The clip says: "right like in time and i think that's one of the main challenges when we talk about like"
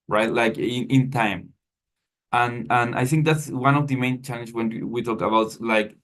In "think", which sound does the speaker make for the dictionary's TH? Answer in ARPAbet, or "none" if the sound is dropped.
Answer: TH